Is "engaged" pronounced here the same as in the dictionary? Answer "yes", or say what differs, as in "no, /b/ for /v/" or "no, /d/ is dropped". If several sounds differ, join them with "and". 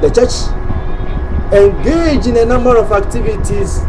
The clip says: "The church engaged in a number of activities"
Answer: no, /d/ is dropped